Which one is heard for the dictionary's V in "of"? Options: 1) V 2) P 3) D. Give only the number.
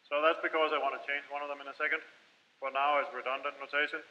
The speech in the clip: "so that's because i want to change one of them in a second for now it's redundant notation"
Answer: 1